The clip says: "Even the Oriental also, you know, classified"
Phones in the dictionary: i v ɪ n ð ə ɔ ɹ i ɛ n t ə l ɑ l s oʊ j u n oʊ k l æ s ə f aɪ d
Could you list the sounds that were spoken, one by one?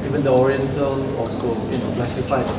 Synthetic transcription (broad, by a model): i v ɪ n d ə ɔ ɹ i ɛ n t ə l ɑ s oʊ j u n oʊ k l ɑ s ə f aɪ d